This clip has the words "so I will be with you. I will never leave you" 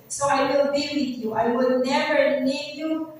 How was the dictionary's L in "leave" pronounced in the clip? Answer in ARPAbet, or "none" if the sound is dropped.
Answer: N